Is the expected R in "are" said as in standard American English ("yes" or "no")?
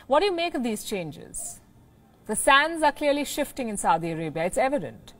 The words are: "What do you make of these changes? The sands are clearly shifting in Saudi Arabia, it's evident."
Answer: yes